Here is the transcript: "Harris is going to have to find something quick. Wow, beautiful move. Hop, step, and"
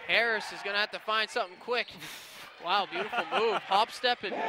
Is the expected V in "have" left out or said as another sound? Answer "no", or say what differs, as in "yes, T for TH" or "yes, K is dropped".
yes, F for V